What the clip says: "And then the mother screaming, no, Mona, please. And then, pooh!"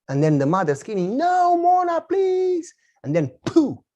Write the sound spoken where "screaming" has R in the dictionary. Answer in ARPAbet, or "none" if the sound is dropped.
none